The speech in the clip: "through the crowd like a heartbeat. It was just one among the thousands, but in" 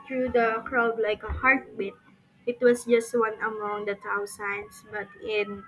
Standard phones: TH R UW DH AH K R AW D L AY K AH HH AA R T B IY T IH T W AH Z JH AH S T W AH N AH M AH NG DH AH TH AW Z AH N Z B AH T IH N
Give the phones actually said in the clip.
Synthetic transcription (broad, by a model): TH R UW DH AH K R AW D L AY K AH HH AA R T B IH T IH T W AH S JH AH S T W AH N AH M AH NG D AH T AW S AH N S B AH T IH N